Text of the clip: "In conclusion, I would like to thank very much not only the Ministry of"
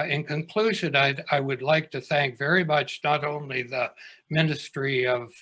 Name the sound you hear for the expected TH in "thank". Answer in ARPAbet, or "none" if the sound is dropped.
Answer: TH